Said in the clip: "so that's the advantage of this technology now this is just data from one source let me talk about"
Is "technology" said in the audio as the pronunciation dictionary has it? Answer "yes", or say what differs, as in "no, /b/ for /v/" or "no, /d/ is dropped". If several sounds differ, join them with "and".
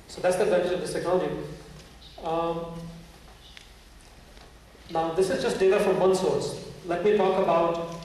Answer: no, /n/ is dropped and /dʒ/ is dropped